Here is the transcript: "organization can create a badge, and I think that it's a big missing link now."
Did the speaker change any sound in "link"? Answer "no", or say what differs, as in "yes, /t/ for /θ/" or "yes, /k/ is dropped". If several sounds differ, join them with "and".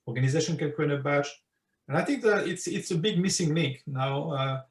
no